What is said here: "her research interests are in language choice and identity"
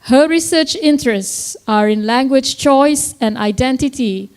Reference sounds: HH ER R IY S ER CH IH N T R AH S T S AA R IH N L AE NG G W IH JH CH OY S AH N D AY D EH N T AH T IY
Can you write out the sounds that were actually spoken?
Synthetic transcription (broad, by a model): HH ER R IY S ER CH IH N T R AH S T S AA R IH N L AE NG G W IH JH CH OY S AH N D AY D EH N T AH T IY